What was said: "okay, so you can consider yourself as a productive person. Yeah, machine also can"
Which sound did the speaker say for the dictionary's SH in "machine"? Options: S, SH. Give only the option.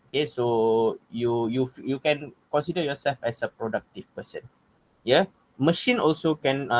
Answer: SH